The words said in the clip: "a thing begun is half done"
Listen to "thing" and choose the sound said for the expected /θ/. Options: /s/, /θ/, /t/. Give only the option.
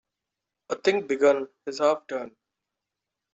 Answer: /t/